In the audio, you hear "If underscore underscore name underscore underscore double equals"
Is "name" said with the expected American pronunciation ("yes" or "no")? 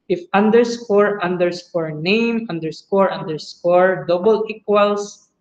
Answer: yes